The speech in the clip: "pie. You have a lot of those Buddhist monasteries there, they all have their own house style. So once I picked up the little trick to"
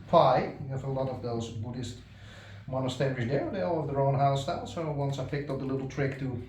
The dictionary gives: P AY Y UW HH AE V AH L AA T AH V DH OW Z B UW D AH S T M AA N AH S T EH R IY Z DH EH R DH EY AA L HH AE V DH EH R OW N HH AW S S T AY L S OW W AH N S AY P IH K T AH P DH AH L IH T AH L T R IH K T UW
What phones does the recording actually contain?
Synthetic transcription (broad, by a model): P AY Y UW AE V AH L AA T AH V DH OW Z B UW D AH S T M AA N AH S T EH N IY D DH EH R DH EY AA L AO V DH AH R OW N HH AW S S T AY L S OW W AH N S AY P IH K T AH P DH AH L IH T L T R IH K T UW